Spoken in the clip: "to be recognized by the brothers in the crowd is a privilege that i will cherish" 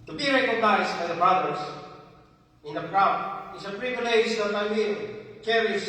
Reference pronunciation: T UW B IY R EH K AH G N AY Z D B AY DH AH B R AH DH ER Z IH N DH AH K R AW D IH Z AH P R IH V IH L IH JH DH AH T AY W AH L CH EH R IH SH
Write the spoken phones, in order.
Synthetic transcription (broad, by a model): T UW B IY R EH K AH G N AY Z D B AY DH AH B R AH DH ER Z IH N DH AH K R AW IH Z AH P R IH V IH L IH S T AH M AY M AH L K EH R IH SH